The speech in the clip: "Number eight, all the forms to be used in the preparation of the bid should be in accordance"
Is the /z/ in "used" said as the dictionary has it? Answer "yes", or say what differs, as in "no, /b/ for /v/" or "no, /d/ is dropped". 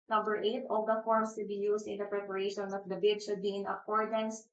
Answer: no, /s/ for /z/